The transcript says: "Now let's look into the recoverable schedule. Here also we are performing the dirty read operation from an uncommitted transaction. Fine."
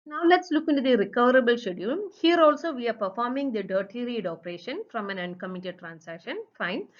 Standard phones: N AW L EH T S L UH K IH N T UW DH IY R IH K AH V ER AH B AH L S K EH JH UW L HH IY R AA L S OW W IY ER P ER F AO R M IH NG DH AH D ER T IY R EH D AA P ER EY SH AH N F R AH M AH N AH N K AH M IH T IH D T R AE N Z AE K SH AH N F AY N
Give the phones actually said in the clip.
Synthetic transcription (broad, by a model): N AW L EH T S L UH K IH N T UW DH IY R IH K AH V ER AH B AH L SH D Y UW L HH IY R AA L S OW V IY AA P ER F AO R M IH NG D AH D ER T IY R EH D AA P ER EY SH AH N F R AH M AH N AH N K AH M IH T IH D T R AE N S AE K SH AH N F AY N